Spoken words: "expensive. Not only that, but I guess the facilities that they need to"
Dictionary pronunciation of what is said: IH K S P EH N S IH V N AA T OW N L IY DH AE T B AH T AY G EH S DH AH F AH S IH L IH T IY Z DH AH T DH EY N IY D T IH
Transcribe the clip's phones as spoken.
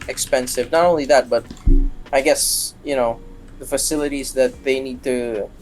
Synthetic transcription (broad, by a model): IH K S P EH N S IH V N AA T OW N L IY DH AE T B AH T AY G EH S DH AH F AH S IH L IH T IY Z DH AH T DH EY N IY D T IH